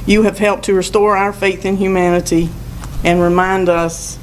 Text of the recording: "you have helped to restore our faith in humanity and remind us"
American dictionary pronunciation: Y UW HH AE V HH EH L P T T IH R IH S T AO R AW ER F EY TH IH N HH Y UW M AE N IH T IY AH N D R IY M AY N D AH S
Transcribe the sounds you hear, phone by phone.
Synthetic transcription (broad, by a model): Y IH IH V HH EH L P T T IH R IH S T AO R AW ER F EY TH IH N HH Y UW M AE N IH T IY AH N R IY M AY N D AH S